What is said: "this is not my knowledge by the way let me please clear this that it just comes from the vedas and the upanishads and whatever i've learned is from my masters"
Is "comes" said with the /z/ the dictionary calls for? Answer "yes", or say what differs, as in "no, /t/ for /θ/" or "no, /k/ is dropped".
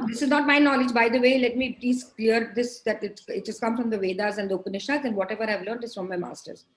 no, /z/ is dropped